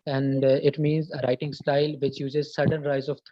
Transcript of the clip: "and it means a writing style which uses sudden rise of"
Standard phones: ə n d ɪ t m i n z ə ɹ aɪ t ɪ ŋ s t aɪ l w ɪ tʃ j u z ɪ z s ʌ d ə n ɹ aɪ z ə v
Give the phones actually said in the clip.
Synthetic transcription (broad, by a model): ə n d ɪ t m i n z ə ɹ aɪ t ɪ ŋ s t aɪ l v ɪ tʃ j u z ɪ z s ʌ d ə n ɹ aɪ z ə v